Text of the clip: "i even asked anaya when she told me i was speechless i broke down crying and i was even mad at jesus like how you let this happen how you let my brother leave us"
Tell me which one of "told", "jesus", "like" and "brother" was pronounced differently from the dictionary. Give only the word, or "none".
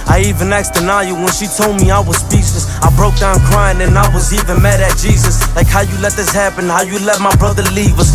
none